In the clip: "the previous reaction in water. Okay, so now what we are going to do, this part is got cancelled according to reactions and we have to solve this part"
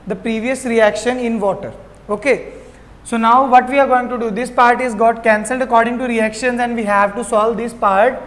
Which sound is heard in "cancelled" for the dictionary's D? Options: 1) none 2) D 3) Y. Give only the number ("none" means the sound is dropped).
2